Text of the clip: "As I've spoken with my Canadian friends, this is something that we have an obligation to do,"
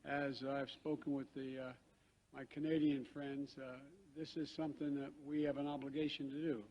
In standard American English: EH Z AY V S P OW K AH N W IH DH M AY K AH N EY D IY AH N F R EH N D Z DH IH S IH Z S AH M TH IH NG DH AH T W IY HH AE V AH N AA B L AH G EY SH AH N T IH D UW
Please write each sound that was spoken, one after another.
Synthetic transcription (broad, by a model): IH Z AY V S P OW K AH N W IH DH M AY K AH N EY D IY AH N F R EH N D Z DH IH S IH Z S AH M TH IH NG DH AH T W IY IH V AH N AA B L AH G EY SH AH N T IH D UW